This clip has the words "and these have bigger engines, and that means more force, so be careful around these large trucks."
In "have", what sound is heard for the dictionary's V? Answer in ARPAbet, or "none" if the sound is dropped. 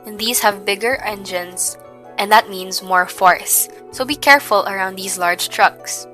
V